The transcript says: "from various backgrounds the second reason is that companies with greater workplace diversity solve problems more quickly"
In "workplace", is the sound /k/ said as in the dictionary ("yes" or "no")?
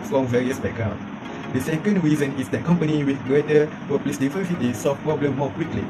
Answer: no